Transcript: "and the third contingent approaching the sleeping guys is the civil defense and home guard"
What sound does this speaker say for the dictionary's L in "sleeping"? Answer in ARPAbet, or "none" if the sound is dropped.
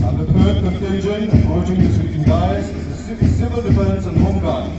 none